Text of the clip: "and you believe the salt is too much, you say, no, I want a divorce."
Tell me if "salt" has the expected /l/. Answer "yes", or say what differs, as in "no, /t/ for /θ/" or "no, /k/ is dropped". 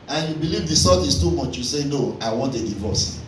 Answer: no, /l/ is dropped